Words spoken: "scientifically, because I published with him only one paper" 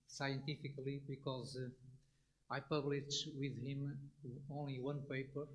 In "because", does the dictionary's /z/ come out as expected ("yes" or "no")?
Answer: yes